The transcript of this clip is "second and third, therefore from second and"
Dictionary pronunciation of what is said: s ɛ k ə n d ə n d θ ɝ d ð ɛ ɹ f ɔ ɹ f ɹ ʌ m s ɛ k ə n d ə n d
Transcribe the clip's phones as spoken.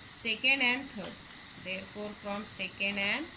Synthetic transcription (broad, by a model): s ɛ k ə n d ə n d t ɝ d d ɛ ɹ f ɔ ɹ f ɹ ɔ m s ɛ k ə n d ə n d